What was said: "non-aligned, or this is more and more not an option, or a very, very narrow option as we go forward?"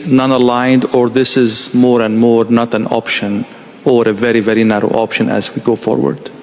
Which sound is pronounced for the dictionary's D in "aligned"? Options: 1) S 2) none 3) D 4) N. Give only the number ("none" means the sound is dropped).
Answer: 3